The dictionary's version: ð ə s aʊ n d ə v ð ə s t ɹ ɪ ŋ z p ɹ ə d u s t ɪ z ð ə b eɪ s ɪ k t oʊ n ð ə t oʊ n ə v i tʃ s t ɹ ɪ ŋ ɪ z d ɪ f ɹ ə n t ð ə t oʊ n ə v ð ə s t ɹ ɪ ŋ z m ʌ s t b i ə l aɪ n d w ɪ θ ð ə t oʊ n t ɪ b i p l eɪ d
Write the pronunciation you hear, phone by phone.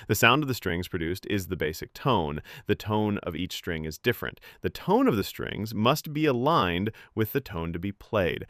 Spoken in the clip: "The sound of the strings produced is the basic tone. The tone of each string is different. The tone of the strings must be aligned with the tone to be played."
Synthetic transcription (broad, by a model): ð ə s aʊ n d ə v ð ə s t ɹ ɪ ŋ z p ɹ ə d u s t ɪ z ð ə b eɪ s ɪ k t oʊ n ð ə t oʊ n ə v i tʃ s t ɹ ɪ ŋ ɪ z d ɪ f ɹ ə n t ð ə t oʊ n ə v ð ə s t ɹ ɪ ŋ z m ʌ s t b i ə l aɪ n d w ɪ ð ə t oʊ n t ɪ b i p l eɪ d